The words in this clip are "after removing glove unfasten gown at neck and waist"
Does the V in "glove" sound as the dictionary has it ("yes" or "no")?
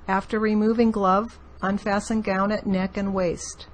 yes